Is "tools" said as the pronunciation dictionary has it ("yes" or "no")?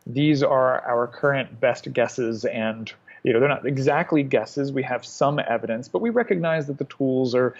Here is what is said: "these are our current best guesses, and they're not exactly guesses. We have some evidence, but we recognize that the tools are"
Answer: yes